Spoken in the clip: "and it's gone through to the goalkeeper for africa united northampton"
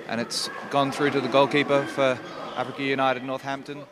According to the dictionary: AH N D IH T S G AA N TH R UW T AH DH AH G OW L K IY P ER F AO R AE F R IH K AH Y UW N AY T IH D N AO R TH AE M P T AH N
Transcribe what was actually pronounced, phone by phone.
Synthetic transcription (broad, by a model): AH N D IH T S G AA N TH R UW T AH DH AH G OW L K IY P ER F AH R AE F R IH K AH Y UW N AY T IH D N AO R TH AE M P T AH N